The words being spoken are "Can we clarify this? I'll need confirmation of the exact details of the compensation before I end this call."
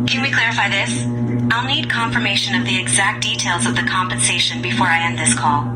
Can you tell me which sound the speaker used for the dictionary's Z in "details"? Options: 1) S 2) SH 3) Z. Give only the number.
3